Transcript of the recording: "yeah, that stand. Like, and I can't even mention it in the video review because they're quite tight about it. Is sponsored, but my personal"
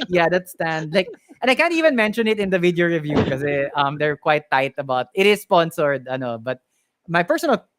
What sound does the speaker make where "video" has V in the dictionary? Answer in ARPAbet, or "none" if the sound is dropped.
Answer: V